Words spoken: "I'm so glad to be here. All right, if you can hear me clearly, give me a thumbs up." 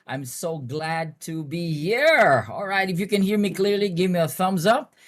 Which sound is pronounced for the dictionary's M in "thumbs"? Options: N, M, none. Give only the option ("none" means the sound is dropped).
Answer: M